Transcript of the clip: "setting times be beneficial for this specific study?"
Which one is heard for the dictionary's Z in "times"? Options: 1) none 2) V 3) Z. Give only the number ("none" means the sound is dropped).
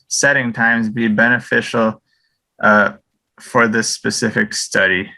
3